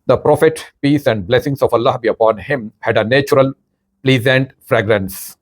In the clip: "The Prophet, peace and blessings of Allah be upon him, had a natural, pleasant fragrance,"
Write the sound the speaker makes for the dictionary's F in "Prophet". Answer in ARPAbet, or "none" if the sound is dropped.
F